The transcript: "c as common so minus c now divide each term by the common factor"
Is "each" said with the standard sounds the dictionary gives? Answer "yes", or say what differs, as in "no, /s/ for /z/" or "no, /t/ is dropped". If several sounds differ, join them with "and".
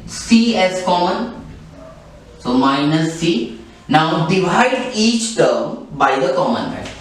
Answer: yes